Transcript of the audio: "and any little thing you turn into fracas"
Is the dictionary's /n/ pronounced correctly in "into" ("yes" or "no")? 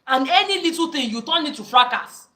no